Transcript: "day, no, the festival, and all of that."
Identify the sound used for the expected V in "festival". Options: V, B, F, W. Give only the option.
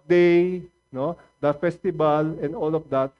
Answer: B